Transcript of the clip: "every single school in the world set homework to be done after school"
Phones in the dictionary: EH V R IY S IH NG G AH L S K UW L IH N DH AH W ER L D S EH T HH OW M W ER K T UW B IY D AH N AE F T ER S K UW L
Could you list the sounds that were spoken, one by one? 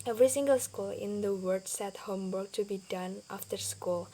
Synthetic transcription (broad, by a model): EH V R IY S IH NG G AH L S K UW L IH N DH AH W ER D S EH T HH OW M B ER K T UW B IY D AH N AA F T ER S K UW L